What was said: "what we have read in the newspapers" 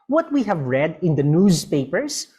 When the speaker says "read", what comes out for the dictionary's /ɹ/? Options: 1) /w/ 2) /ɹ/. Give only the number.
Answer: 2